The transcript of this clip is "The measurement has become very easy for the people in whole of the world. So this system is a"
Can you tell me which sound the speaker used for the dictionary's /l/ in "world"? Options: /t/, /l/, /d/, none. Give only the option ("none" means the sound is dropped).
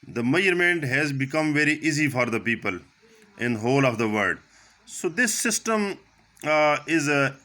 none